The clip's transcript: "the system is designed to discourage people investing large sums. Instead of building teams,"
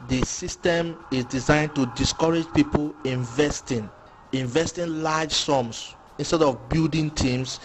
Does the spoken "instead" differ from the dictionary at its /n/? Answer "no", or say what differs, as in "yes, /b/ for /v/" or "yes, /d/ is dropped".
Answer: no